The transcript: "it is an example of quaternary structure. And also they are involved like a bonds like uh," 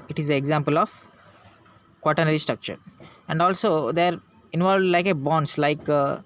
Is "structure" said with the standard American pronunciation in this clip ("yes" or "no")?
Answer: yes